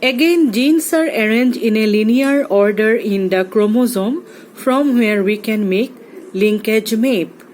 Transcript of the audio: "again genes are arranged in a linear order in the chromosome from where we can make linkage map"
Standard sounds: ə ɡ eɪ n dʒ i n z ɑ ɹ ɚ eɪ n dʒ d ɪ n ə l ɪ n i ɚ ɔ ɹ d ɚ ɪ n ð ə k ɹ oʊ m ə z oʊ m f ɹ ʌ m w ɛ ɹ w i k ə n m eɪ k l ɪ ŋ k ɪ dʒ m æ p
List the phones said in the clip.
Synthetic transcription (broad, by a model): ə ɡ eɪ n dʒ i n s ɑ ɹ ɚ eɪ n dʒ ɪ n ə l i n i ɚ ɔ ɹ d ɚ ɪ n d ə k ɹ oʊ m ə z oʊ m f ɹ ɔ m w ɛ ɹ w i k ə n m eɪ k l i ŋ k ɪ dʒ m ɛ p